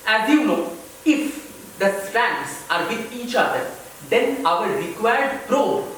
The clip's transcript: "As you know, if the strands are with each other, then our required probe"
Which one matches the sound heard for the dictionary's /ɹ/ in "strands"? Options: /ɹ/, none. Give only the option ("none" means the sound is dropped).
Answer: none